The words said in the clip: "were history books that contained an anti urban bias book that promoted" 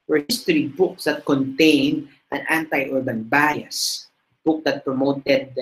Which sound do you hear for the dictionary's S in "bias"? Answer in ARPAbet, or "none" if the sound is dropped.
S